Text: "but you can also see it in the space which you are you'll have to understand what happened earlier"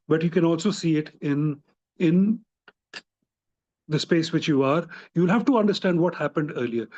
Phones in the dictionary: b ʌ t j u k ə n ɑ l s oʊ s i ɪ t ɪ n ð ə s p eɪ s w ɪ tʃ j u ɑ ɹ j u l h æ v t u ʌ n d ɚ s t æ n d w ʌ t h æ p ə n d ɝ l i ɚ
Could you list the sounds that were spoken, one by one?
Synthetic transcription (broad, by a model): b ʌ t j u k ə n ɑ l s oʊ s i ɪ t ɪ n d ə s p eɪ s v ɪ tʃ j u ɑ ɹ j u l h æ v t u ʌ n d ɚ s t æ n d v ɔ t h æ p ə n d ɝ l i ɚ